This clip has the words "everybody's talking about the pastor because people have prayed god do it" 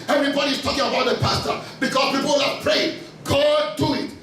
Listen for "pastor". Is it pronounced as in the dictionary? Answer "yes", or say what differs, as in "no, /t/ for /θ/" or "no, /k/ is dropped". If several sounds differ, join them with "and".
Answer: yes